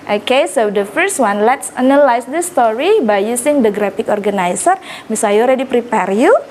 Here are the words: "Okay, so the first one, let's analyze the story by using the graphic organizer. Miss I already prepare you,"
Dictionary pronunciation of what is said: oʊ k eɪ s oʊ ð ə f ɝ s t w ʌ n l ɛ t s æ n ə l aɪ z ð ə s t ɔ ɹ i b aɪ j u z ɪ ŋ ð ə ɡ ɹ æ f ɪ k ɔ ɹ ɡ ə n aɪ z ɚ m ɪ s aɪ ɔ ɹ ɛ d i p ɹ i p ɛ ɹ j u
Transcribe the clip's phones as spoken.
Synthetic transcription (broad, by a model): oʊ k eɪ s oʊ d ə f ɝ s t w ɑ n l ɛ t s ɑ n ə l aɪ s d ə s t ɔ ɹ i b aɪ j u s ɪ ŋ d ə ɡ ɹ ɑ f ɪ k ɔ ɹ ɡ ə n aɪ s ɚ m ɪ s aɪ ɔ ɹ ɛ d i p ɹ i p ɛ ɹ j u